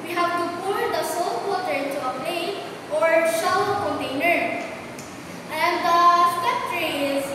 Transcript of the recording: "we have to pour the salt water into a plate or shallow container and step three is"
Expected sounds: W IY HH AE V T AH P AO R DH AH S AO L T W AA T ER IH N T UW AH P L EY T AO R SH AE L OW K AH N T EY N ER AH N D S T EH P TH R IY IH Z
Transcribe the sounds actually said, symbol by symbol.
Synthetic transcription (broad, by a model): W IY HH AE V T AH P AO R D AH S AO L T W AA T ER IH N T UW AH P L EY T AO R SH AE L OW K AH N T EY N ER AH N D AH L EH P T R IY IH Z